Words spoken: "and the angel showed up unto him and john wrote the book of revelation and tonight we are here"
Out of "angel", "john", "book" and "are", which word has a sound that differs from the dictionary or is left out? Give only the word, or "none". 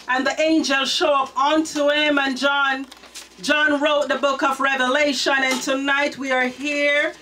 none